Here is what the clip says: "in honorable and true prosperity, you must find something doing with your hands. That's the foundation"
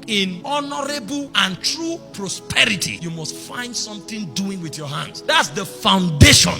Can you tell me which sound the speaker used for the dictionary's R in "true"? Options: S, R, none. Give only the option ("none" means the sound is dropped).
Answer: R